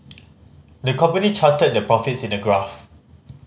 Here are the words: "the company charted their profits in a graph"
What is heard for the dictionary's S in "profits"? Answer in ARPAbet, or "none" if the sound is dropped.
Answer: S